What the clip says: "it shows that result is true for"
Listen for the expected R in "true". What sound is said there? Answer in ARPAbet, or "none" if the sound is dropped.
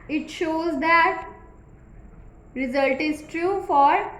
R